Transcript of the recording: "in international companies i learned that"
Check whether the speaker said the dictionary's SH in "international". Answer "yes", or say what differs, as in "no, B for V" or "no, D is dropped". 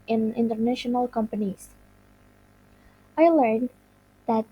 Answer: yes